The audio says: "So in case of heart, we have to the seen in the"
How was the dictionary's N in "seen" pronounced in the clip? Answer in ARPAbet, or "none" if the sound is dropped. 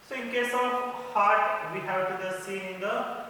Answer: none